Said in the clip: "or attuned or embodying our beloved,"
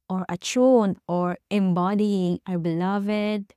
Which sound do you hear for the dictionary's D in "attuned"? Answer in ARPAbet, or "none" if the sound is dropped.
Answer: none